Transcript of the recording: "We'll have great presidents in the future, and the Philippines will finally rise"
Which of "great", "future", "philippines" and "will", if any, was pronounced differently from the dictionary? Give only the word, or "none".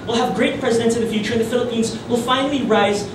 none